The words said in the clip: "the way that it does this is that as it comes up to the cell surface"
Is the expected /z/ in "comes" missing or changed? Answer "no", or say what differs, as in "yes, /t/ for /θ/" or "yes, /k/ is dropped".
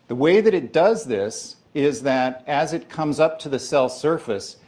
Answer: no